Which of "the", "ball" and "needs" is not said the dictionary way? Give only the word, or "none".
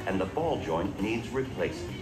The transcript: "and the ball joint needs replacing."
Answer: none